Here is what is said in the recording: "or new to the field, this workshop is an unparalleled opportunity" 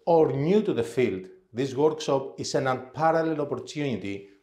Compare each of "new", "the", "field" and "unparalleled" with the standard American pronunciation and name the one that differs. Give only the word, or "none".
unparalleled